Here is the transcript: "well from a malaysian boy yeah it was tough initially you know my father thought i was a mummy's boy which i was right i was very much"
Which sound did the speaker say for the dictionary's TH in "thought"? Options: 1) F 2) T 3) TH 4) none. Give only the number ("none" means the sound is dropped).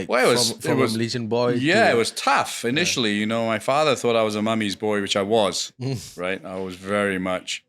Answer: 3